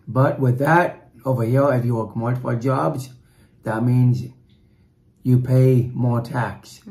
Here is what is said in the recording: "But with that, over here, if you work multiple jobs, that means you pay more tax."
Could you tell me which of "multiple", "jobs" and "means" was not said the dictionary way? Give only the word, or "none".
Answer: multiple